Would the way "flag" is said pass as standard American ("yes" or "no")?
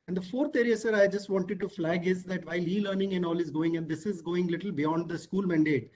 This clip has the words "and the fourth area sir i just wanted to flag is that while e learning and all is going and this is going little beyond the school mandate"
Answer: yes